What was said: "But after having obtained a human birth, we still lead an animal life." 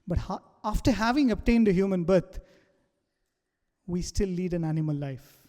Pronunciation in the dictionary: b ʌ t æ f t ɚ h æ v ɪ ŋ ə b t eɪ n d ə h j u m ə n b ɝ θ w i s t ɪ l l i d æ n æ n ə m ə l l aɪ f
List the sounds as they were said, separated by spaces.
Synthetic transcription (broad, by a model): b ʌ t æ f t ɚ h æ v ɪ ŋ ə b t eɪ n d ə h j u m ə n b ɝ t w i s t ɪ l l i d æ n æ n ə m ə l l aɪ f